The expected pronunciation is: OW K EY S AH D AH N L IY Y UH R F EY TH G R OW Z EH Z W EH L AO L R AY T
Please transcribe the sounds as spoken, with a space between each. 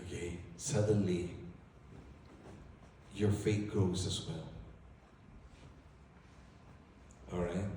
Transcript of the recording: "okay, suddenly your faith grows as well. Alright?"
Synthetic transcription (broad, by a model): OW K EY S AH D AH N L IY Y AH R F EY T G R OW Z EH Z W EH L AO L R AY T